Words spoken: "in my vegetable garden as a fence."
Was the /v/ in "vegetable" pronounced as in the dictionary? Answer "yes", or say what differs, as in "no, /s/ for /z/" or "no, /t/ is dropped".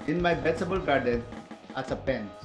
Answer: no, /b/ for /v/